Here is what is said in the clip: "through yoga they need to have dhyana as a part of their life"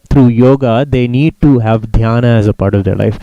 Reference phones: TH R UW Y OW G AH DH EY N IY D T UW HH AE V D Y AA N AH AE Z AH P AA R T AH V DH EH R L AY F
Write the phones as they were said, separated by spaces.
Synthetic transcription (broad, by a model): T R UW Y OW G AH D EY N IY D T UW HH AE V D Y AA N AH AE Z AH P AA R T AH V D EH R L AY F